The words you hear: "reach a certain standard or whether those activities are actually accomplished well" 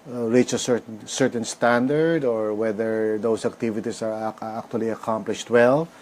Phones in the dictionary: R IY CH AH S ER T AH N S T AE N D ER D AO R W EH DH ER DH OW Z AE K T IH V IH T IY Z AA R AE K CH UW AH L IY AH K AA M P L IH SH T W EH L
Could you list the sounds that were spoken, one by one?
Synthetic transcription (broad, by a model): R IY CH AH S ER T AH N S T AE N D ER D AO R W EH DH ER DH OW S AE K T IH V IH T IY S AA R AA K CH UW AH L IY AH K AA M P L IH SH T W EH L